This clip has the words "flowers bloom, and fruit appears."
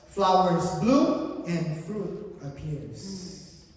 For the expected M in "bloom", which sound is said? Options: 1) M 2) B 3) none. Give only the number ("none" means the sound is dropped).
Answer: 3